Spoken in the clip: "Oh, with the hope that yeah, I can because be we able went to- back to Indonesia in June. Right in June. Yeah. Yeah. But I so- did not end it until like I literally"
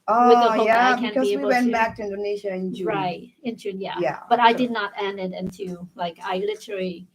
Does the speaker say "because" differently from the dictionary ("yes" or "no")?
yes